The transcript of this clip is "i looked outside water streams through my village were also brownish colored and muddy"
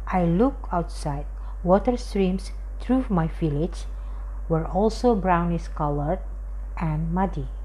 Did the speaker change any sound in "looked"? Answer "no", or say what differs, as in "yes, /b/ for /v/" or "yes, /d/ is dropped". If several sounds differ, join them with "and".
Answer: yes, /t/ is dropped